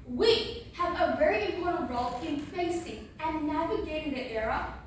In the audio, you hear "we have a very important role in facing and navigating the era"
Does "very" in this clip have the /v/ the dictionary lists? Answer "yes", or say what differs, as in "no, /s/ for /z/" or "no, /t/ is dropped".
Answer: yes